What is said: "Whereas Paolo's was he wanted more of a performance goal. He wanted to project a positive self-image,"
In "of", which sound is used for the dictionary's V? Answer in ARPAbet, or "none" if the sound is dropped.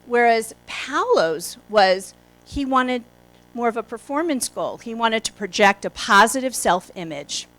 V